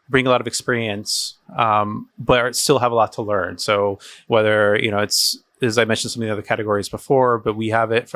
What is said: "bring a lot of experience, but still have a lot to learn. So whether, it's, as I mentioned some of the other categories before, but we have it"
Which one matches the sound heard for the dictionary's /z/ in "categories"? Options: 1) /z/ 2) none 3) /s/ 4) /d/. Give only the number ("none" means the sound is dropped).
1